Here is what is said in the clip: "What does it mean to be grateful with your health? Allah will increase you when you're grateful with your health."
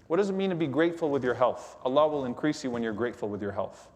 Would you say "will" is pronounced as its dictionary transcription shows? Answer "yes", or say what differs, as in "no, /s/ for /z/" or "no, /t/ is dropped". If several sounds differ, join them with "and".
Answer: yes